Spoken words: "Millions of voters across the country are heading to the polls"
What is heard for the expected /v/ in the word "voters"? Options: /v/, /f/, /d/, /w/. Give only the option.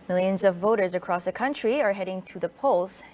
/v/